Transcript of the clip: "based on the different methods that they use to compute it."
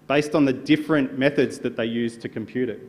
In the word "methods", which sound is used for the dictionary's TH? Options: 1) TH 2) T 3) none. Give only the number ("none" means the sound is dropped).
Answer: 1